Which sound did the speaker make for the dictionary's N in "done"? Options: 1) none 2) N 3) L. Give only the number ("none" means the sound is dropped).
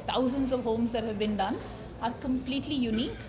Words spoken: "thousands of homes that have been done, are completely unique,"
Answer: 2